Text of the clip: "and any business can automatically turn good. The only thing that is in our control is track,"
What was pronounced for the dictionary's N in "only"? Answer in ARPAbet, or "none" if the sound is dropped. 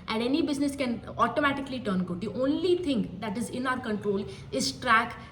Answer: N